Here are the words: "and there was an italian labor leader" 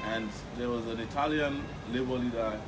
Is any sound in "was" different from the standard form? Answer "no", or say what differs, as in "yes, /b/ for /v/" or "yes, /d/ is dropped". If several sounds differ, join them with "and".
no